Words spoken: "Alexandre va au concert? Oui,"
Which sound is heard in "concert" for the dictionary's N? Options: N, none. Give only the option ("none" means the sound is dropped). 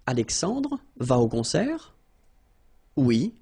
none